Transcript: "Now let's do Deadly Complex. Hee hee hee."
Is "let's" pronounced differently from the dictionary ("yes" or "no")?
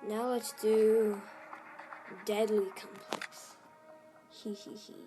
yes